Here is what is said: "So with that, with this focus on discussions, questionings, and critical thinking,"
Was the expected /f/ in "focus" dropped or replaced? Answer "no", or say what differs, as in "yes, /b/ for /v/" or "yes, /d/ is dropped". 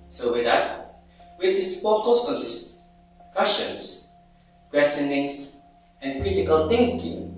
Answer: yes, /p/ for /f/